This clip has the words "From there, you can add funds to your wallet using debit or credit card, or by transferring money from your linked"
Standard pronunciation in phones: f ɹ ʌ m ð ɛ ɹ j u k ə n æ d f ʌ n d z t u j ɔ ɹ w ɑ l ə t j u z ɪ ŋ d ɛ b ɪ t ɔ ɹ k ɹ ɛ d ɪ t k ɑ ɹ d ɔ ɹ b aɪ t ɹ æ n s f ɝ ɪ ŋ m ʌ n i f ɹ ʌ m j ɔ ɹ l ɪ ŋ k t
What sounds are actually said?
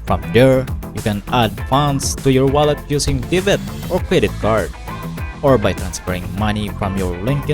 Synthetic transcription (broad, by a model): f ɹ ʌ m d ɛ ɹ j u k ə n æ d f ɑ n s t u j ɔ ɹ w ɑ l ə t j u s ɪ ŋ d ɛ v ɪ t ɔ ɹ k ɹ ɛ d ɪ t k ɑ ɹ d ɔ ɹ b aɪ t ɹ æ n s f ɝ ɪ ŋ m ʌ n i f ɹ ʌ m j ɔ ɹ l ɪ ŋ k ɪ